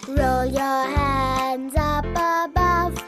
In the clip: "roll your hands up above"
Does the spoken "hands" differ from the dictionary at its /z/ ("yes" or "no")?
no